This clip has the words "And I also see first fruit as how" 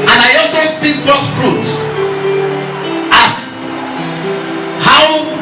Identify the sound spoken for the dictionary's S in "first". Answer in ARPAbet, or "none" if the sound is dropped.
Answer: none